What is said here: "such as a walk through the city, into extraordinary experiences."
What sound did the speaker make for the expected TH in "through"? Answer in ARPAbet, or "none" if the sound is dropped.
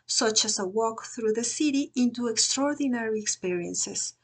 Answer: TH